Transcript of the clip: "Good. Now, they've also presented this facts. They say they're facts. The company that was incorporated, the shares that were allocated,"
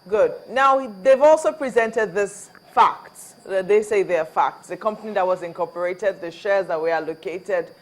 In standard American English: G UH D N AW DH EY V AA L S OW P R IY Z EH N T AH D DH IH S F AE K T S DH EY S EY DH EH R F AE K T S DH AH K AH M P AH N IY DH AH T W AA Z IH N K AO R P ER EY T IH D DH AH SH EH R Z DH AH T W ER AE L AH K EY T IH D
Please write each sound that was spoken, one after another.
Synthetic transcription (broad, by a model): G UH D N AW DH EY V AA L S OW P R IY Z EH N T AH D DH IH S F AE K T S DH EY S EY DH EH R F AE K T S DH AH K AH M P AH N IY DH AH T W AA Z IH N K AO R P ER EY T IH D DH AH SH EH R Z DH AH T W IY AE L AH K EY T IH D